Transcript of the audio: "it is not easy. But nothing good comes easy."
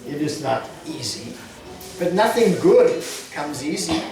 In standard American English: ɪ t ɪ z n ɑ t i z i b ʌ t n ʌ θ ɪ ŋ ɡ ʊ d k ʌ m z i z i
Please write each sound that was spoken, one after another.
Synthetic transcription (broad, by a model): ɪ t ɪ z n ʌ t i z i b ʌ t n ʌ θ ɪ ŋ ɡ ʊ d k ʌ m z i z i